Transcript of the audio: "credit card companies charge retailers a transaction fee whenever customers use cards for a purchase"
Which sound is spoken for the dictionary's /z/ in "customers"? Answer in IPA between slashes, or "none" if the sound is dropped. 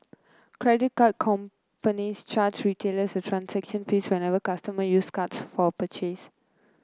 none